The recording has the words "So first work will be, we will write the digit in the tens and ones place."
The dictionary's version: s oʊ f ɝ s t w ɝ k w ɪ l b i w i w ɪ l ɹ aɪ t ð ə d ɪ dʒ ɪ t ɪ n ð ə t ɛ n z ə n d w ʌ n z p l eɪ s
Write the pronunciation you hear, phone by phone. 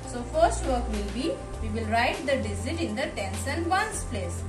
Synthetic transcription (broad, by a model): s oʊ f ɝ s t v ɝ k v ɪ l b i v i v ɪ l ɹ aɪ t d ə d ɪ z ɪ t ɪ n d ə t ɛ n s ə n d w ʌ n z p l eɪ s